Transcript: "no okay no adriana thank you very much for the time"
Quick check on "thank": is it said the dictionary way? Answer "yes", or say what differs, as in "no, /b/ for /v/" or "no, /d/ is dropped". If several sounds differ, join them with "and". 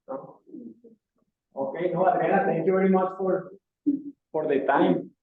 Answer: no, /t/ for /θ/